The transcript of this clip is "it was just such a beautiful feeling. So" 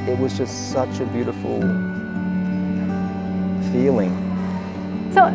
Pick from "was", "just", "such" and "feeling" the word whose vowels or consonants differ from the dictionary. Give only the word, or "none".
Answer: none